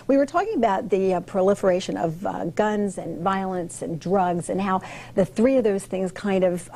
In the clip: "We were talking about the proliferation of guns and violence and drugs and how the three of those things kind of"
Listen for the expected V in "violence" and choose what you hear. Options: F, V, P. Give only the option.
V